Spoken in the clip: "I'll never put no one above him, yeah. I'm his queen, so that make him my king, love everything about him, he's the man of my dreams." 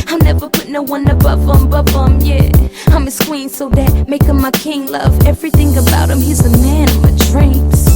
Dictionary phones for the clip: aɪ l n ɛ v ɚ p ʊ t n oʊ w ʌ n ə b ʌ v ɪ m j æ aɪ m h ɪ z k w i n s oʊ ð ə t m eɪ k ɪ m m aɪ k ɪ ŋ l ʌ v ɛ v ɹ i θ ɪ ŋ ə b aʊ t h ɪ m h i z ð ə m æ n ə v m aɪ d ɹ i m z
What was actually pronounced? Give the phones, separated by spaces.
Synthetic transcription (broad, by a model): aɪ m n ɛ v ɚ p ʊ t n oʊ w ʌ n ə b ʌ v ɪ m j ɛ aɪ m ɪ s k w i n s oʊ ð ə t m eɪ k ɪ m m aɪ k ɪ ŋ l ʌ v ɛ v ɹ i θ ɪ ŋ ə b aʊ t h ɪ m h i z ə m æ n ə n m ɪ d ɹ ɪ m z